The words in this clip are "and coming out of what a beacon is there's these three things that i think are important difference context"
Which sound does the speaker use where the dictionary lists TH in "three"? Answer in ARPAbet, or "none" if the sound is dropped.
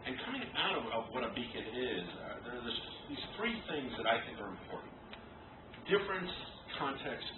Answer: TH